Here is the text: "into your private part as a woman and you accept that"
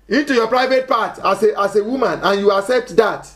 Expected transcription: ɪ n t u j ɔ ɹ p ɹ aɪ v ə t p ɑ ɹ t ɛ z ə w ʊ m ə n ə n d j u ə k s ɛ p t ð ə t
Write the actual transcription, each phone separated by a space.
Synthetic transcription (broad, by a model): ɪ n t u j ɔ p ɹ aɪ v ə t p ɑ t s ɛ s ə w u m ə n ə n j u ə k s ɛ p t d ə t